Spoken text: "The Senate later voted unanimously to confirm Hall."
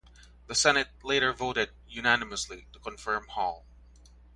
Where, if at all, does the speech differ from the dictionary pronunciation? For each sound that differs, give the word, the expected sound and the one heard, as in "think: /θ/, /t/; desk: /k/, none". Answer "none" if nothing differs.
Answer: none